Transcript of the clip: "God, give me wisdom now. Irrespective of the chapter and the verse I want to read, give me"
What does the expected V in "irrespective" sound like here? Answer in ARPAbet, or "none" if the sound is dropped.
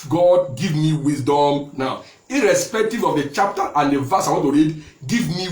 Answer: V